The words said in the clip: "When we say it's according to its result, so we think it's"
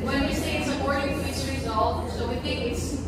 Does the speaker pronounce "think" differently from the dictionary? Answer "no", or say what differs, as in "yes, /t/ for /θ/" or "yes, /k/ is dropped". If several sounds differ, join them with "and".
no